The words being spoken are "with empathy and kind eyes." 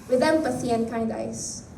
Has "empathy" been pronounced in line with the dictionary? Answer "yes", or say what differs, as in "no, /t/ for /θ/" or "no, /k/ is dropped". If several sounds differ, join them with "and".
no, /s/ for /θ/